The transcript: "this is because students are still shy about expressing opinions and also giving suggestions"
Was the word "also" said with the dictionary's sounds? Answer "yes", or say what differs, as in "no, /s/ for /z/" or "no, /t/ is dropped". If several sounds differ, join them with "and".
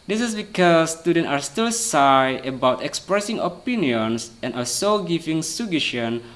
no, /l/ is dropped